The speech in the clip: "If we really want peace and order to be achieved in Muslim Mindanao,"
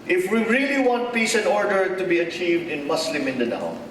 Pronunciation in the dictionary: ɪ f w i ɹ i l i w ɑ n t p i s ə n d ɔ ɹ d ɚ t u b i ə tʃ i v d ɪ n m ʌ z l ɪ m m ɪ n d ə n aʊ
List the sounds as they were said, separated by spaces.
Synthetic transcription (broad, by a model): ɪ f w i ɹ i l i w ɑ n t p i s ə n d ɔ ɹ d ɚ t u b i ə tʃ i v d ɪ n m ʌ s l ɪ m m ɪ n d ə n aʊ